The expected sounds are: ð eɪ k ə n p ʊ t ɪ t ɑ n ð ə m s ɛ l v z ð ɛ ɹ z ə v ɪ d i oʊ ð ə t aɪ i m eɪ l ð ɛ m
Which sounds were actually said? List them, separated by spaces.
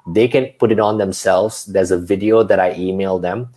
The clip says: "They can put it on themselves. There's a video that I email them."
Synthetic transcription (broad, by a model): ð eɪ k ə n p ʊ t ɪ t ɑ n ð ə m s ɛ l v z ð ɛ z ə v ɪ d i oʊ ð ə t aɪ i m eɪ l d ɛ m